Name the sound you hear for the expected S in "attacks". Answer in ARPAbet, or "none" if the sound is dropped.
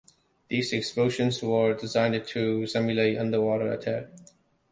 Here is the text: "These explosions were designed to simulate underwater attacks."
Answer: none